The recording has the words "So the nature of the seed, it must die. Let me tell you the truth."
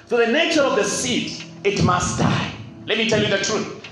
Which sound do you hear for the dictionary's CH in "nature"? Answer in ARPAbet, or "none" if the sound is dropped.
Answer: CH